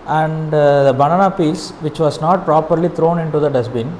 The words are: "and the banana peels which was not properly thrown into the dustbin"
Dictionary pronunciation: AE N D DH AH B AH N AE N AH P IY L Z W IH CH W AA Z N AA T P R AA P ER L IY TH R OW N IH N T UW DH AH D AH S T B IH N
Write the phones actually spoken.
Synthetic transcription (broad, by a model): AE N D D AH B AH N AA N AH P IY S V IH CH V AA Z N AA T P R AA P ER L IY T R OW N IH N T UW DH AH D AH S B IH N